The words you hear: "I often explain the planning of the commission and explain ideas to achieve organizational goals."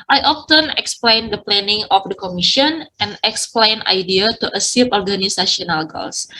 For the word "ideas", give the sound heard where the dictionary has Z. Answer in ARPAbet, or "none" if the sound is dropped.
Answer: none